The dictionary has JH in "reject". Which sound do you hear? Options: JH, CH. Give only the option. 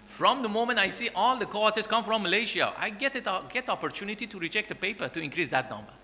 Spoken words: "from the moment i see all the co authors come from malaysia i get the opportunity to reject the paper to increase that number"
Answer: CH